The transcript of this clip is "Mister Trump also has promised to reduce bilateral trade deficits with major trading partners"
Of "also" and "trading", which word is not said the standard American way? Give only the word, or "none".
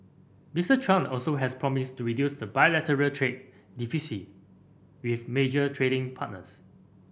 none